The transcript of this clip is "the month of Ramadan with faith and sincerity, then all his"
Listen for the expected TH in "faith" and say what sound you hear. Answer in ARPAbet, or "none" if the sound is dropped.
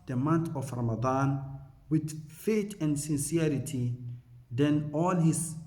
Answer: T